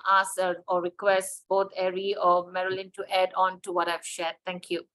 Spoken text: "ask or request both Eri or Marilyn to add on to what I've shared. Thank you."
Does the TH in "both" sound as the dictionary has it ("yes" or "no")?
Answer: no